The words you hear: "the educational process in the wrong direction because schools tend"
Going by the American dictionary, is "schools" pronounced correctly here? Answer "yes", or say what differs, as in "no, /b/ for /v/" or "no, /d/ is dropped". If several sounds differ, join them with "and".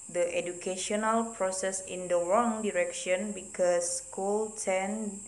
no, /z/ is dropped